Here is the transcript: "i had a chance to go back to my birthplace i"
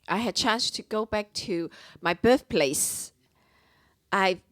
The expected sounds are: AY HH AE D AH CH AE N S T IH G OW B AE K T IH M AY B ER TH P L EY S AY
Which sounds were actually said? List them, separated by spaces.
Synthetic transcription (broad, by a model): AY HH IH D CH AE N S T IH G OW B AE K T IH M AY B ER TH P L EY S AY